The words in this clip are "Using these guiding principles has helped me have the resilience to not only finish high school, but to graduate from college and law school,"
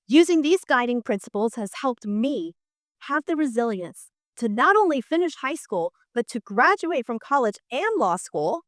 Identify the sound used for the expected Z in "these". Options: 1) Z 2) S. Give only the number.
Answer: 1